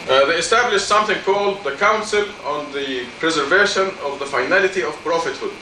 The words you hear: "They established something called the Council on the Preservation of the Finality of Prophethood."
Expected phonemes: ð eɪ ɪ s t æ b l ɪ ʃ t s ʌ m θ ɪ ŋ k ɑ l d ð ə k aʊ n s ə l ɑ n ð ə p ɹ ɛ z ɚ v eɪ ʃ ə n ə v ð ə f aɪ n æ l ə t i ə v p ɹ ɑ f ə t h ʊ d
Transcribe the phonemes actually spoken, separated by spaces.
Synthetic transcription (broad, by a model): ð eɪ ɪ s t æ b l ɪ ʃ t s ʌ m θ ɪ ŋ k ɑ l d ð ə k aʊ n s ə l ɑ n ð ə p ɹ ɛ z ɚ v eɪ ʃ ə n ə v ð ə f aɪ n æ l ə t i ə v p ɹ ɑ f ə t h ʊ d